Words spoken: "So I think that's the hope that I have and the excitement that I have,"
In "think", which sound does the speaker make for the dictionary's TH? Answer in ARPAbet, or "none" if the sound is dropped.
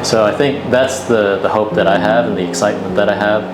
TH